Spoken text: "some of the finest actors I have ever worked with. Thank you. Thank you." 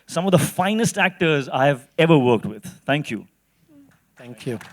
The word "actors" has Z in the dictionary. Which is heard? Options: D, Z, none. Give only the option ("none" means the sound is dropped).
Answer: Z